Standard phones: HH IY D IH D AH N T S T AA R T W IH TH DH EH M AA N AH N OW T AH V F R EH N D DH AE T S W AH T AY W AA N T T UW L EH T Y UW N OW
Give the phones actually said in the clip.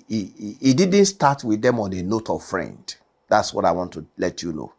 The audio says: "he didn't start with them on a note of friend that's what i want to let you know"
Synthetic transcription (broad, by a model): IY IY D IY D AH N T S T AA T W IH DH EH M AA N AH N OW T AH V F R EH N D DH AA T S W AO T AY W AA N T T UW L EH T Y UW N OW